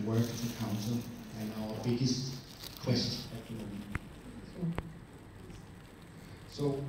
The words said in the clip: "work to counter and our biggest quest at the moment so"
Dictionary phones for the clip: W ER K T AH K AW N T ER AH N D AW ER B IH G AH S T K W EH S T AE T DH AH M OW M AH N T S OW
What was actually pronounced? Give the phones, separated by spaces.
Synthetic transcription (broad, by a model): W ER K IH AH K AW N S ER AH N AW ER B IH G AH S T K W EH S T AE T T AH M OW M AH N S OW